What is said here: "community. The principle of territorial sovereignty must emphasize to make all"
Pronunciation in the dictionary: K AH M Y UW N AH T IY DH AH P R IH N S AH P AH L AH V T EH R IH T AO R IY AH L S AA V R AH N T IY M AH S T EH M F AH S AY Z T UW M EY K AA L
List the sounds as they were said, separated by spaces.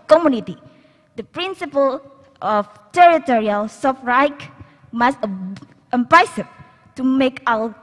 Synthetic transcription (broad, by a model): K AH M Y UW N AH T IY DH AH P R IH N S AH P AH L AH F T EH R IH T AO R IY AH L S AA F R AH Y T M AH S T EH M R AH S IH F T UW M EY K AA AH